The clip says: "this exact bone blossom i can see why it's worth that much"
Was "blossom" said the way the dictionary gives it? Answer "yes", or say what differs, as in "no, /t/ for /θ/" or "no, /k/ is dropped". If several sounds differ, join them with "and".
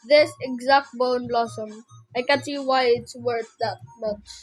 yes